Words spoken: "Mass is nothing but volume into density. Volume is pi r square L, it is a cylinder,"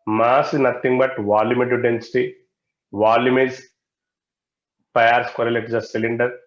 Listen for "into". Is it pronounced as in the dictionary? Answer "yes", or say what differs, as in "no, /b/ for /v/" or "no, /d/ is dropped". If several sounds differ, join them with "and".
no, /n/ is dropped